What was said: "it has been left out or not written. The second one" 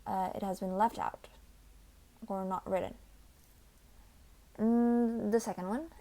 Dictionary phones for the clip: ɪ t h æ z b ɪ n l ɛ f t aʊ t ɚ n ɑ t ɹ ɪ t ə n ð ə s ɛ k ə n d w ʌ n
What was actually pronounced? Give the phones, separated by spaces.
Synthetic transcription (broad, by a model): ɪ t h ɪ z b ɪ n l ɛ f t aʊ t ɚ n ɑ t ɹ ɪ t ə n ð ə s ɛ k ə n d w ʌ n